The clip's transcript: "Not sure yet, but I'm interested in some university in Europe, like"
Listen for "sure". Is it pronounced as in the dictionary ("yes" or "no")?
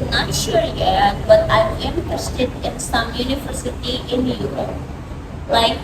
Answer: yes